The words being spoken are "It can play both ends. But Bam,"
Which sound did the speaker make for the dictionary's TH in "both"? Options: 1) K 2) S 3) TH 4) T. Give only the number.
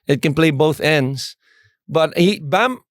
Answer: 3